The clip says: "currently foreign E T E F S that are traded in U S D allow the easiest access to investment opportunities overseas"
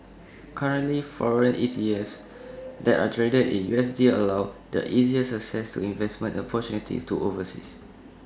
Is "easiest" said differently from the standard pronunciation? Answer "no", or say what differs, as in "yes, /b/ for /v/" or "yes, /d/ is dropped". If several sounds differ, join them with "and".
yes, /t/ is dropped